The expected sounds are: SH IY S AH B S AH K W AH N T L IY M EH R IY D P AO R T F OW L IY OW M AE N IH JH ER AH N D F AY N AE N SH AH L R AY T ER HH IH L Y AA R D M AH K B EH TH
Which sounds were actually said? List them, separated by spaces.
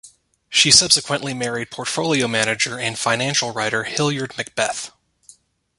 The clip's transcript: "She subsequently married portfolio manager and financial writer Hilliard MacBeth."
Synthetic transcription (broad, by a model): SH IY S AH B S AH K W AH N T L IY M EH R IY D P AO R T F OW L IY OW M AE N IH JH ER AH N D F AY N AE N SH L R AY T ER HH IH L Y AA R D M AH K B EH TH